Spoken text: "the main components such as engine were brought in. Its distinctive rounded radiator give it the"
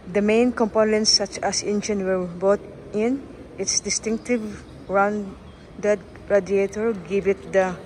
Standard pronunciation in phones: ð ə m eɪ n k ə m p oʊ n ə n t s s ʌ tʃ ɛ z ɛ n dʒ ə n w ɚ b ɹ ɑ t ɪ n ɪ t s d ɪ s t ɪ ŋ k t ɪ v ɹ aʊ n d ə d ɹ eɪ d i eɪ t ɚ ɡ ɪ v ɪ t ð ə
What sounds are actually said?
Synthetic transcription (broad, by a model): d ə m eɪ n k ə m p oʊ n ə n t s s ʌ tʃ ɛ s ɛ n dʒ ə n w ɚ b ɑ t ɪ n ɪ t s d ɪ s t ɪ ŋ k t ɪ v ɹ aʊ n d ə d ɹ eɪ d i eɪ t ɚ ɡ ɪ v ɪ t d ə